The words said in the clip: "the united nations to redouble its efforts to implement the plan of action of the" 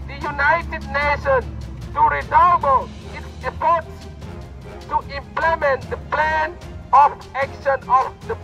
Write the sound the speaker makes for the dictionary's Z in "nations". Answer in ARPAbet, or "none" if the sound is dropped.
none